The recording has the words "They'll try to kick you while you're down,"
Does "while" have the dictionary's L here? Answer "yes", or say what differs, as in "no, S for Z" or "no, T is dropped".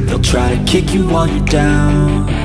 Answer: no, N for L